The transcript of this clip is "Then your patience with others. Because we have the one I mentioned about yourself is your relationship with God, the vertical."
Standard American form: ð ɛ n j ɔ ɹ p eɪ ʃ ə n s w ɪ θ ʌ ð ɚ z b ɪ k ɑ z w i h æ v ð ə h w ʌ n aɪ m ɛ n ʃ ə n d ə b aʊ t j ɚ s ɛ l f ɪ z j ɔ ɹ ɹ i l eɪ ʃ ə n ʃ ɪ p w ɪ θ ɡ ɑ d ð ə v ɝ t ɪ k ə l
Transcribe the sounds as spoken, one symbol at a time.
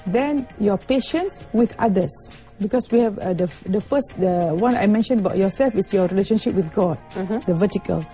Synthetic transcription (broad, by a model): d ɛ n j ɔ p eɪ ʃ ə n s w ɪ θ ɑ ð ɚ s b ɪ k ɑ s w i h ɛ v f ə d w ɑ n aɪ m ɛ n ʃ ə n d ə b aʊ t j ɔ s ɛ l f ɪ s j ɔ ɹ ɹ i l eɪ ʃ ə n ʃ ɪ p w ɪ θ ɡ ɑ d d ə v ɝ t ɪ k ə l